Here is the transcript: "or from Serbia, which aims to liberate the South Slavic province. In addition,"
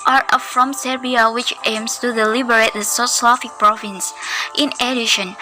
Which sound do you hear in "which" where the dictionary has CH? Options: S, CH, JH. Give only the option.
CH